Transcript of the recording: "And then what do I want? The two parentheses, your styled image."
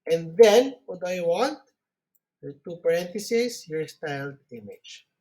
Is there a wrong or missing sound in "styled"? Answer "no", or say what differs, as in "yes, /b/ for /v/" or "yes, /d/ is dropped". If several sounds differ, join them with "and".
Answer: no